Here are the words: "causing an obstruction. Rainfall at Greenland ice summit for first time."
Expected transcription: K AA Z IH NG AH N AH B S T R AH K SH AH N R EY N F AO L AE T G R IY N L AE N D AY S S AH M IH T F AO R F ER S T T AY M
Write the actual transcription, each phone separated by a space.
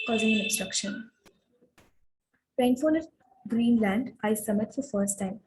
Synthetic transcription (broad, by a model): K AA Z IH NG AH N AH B S T R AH K SH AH N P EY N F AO N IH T G R IY N L AE N D AY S S AH M IH T F AO R F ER S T T AY M